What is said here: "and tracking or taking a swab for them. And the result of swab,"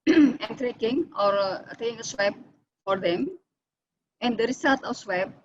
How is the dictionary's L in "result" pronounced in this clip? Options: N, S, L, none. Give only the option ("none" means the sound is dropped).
none